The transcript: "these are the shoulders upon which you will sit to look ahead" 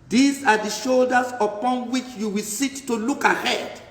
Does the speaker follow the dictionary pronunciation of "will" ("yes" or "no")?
yes